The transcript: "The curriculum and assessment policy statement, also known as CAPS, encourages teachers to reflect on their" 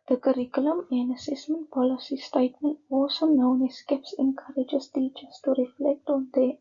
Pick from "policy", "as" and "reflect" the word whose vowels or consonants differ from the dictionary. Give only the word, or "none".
as